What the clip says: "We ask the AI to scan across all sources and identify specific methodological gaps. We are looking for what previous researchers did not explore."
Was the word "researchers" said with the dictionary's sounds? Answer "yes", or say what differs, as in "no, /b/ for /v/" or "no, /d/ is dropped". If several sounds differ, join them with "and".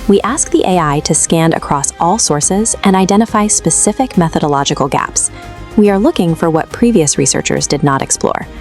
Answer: yes